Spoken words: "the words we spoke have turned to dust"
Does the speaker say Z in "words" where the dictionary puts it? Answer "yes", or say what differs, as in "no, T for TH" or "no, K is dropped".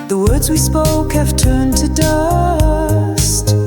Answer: yes